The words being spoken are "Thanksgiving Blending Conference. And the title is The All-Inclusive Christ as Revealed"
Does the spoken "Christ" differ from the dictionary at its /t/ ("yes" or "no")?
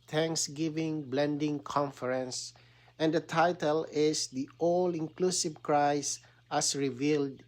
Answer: yes